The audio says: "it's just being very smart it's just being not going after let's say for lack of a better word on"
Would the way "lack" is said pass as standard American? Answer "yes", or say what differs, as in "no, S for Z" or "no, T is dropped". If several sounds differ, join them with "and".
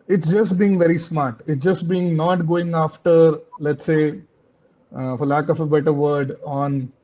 yes